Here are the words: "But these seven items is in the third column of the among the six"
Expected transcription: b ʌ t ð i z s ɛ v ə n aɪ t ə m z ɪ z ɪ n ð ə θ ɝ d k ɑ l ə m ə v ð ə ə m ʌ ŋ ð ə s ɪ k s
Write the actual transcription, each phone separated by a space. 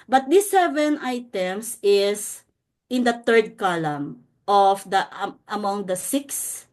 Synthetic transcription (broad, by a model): b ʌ t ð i s ɛ v ə n aɪ t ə m s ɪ s ɪ n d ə t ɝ d k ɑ l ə m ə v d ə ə m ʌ ŋ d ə s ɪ k s